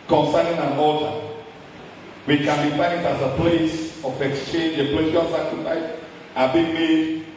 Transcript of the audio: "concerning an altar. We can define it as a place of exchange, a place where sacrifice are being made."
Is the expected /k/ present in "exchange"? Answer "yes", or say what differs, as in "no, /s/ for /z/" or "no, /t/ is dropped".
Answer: yes